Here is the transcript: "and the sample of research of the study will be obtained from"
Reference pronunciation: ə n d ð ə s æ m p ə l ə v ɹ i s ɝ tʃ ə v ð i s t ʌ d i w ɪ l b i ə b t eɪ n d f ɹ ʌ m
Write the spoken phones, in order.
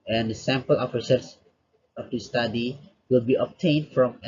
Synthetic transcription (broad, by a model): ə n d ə s æ m p ə l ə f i s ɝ s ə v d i s t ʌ d i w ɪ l b i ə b t eɪ n d f ɹ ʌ m